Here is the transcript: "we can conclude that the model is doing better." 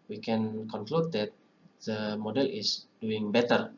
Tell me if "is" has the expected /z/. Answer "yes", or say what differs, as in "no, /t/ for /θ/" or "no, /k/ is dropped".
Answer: no, /s/ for /z/